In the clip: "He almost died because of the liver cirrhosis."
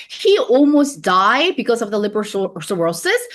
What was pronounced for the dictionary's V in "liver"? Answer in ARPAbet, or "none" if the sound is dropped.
B